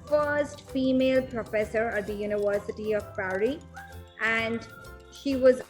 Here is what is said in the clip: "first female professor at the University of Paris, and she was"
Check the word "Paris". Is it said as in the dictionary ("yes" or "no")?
no